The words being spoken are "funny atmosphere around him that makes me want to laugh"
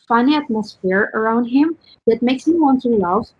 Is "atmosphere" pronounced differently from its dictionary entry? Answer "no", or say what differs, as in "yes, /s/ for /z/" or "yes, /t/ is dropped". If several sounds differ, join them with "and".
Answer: no